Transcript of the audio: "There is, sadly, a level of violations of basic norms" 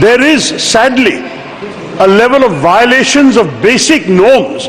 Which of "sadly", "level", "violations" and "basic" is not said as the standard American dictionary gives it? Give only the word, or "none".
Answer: none